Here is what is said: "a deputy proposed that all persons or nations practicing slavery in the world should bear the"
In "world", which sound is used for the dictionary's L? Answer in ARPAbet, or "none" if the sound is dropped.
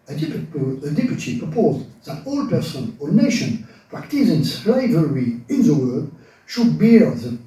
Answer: none